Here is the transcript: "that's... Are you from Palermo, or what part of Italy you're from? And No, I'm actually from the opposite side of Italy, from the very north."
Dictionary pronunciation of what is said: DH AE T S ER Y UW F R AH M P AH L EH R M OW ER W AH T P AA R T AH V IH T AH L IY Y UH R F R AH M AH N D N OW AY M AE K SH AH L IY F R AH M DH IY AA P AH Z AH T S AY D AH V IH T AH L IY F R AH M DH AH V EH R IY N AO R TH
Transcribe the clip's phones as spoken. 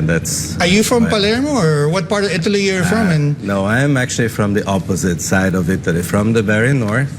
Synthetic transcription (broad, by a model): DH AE T S ER Y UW F R AH M P AH L EH R M OW ER W AH T P AA R T AH V IH T AH L IY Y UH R F R AH M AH N N OW AY M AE K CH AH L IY F R AH M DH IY AA P AH Z AH T S AY D AH V IH T AH L IY F R AH M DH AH B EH R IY N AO R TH